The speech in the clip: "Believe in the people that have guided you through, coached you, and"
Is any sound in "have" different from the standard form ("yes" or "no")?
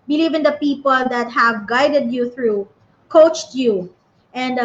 no